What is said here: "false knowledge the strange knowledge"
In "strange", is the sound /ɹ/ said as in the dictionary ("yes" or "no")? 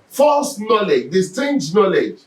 no